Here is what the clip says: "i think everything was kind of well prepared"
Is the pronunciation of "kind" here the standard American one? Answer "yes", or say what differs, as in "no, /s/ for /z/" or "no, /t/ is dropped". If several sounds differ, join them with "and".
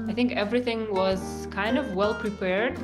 yes